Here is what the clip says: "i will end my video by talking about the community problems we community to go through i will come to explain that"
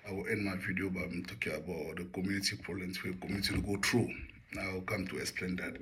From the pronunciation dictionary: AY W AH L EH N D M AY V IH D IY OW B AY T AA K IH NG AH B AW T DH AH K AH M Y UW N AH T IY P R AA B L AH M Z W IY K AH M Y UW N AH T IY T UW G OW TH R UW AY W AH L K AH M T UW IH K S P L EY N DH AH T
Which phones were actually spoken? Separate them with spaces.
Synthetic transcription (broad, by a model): AY W AH L EH N D M AY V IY D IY OW B AY T AA K IH NG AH B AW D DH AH K AH M Y UW N AH T IY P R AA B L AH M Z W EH K AH M Y UW N AH T IY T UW G OW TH R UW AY W AH L K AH M T UW IH K S P L EY N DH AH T